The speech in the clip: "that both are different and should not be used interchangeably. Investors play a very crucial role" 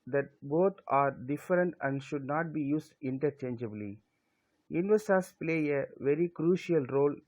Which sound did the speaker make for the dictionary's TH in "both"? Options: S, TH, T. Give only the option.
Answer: T